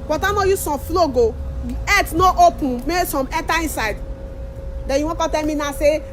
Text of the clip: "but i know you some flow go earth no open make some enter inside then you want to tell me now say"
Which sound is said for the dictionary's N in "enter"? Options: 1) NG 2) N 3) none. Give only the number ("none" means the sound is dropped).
3